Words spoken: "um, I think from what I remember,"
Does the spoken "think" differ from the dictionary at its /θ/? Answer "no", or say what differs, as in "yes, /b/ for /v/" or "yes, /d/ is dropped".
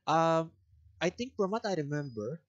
yes, /t/ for /θ/